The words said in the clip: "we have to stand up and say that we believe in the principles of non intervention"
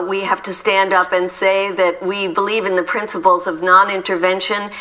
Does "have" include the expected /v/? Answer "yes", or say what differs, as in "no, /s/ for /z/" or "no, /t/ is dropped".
no, /f/ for /v/